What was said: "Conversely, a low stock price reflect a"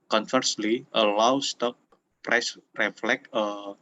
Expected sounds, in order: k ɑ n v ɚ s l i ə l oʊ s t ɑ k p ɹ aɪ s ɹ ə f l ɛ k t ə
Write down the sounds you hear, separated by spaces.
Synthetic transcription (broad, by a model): k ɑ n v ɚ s l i ə l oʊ s t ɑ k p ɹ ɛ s ɹ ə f l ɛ k ə